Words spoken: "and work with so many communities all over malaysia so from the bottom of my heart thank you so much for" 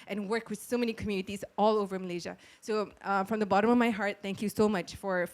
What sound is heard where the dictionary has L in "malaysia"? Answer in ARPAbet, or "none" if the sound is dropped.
L